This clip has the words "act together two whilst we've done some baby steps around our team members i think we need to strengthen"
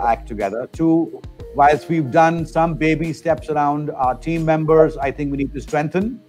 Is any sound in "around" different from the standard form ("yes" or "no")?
no